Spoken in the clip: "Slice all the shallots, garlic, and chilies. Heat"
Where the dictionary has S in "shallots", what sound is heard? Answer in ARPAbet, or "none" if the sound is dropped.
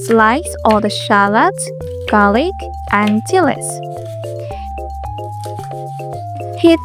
none